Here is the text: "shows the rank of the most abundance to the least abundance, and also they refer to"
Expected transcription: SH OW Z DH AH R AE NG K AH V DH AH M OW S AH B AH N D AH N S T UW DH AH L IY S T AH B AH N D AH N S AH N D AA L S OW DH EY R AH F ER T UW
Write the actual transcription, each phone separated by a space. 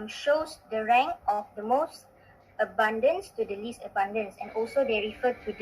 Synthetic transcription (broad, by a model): SH OW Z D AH R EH NG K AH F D AH M OW S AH B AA N D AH N S T UW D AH L IY S T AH B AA N D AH N S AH N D AA L S OW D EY R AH F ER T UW